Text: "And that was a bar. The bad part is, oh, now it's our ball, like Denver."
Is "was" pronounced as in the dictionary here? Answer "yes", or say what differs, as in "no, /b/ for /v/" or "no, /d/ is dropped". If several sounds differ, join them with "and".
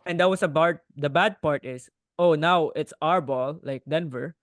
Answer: no, /s/ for /z/